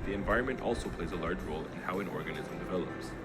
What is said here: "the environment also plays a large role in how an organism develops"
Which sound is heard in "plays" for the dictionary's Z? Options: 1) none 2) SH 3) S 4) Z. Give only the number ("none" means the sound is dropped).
4